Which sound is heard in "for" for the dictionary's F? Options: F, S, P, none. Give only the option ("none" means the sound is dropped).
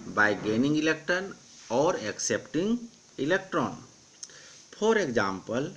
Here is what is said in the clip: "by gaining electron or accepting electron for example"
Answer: P